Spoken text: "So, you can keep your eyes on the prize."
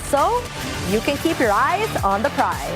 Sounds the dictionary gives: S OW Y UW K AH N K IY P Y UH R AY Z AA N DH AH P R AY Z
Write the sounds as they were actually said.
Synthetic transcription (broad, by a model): S OW Y UW K AH N K IY P Y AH R AY Z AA N DH AH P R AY